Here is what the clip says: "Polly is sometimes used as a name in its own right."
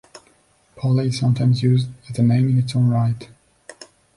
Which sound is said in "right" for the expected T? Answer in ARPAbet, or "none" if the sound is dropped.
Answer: T